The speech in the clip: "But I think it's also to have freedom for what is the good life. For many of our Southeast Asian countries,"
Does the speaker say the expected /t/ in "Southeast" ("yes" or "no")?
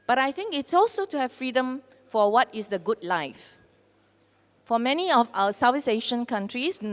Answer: no